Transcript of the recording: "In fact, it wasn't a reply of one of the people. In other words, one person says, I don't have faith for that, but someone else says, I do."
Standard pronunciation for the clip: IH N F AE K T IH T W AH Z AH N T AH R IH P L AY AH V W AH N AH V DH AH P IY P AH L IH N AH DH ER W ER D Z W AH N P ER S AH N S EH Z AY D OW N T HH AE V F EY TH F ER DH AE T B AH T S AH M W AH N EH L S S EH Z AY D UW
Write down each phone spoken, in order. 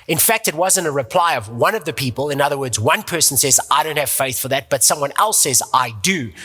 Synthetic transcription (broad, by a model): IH N F AE K T IH T W AH Z AH N T AH R IH P L AY AH V W AH N AH V DH AH P IY P AH L IH N AH DH ER W ER D Z W AH N P ER S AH N S EH Z AY D OW N T HH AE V F EY TH F ER DH AE T B AH T S AH M W AH N EH L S S EH Z AY D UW